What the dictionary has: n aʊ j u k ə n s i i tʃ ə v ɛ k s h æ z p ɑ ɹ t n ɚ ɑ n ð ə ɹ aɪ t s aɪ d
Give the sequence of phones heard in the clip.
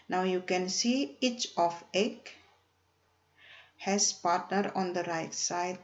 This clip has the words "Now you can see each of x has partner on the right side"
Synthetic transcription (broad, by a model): n aʊ j u k ə n s i i tʃ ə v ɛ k h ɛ s p ɑ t n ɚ ɑ n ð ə ɹ aɪ t s aɪ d